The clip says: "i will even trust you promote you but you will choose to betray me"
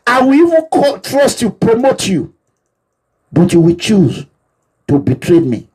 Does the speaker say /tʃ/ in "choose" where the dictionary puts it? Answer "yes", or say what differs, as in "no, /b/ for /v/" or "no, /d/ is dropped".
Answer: yes